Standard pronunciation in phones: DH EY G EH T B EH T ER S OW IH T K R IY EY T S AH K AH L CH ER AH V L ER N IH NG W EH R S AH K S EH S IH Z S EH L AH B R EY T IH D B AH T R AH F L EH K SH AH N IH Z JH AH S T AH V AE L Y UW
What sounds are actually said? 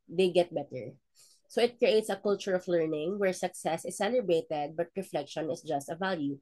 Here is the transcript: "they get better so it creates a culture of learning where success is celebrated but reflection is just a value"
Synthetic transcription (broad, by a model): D EY G EH T B EH T ER S OW IH T K R IY EY T S AH K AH L CH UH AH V L ER N IH NG W EH R S AH K S EH S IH S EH L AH B EY T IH D B AH T R AH F L EH K SH AH N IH S JH AH S T AH V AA L Y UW